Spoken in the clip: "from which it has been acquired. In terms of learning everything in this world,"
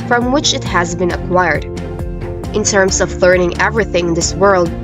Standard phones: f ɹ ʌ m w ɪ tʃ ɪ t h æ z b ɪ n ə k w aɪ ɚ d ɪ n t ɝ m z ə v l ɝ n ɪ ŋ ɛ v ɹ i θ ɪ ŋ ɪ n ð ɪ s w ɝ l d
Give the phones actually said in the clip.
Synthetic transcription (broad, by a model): f ɹ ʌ m w ɪ tʃ ɪ t h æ z b ɪ n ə k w aɪ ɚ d ɪ n t ɝ m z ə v l ɝ n ɪ ŋ ɛ v ɹ i θ ɪ ŋ ɪ n ð ɪ s w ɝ l d